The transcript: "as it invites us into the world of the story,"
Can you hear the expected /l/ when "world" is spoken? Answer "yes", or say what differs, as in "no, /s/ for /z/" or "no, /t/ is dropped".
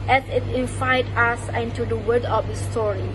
no, /l/ is dropped